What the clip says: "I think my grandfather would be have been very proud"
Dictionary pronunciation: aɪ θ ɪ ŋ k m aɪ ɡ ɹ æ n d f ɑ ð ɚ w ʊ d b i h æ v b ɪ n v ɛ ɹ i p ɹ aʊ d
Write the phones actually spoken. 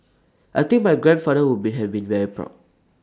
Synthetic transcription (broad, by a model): aɪ t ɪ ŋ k m aɪ ɡ ɹ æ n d f ɑ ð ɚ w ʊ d b i h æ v b ɪ n v ɛ ɹ i p ɹ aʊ